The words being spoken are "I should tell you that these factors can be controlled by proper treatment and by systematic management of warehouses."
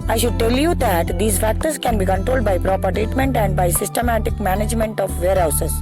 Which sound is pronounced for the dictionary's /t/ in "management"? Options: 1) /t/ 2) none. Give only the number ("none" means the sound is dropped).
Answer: 1